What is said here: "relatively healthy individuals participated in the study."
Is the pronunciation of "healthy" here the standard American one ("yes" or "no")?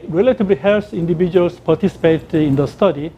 no